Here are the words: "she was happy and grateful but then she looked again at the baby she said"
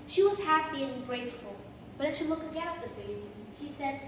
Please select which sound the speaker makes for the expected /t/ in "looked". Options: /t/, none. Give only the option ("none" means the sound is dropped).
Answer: none